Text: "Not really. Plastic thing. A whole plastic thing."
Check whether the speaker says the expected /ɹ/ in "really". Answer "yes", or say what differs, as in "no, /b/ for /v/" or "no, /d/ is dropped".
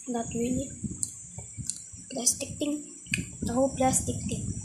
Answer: no, /w/ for /ɹ/